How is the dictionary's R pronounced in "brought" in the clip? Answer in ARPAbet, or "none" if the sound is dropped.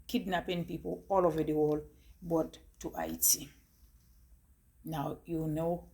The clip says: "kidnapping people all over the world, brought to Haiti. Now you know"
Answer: none